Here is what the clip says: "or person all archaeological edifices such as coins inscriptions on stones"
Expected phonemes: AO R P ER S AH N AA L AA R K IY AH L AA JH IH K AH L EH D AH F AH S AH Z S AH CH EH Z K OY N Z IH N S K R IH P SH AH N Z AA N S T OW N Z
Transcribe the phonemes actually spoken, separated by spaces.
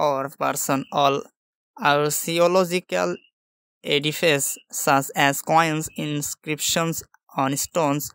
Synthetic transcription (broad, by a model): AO R P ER S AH N AA L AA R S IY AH L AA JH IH K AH L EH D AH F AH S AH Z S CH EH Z K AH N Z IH N S K R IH P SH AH N S AA N S T OW N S